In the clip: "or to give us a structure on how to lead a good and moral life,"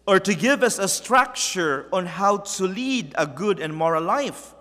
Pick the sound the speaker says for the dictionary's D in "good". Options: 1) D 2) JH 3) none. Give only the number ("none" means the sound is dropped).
1